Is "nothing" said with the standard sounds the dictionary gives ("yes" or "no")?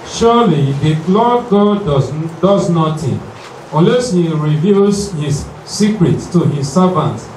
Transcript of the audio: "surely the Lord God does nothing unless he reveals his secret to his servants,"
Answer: no